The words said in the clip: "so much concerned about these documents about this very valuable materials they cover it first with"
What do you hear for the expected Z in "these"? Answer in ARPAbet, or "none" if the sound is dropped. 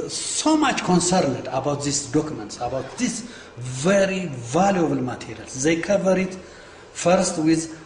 S